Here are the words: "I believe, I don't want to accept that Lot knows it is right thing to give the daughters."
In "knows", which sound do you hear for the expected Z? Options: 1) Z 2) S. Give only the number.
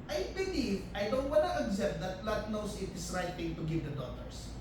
2